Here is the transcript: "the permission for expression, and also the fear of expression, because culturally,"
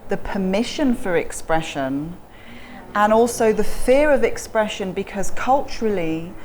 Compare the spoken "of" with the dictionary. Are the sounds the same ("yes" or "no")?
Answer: yes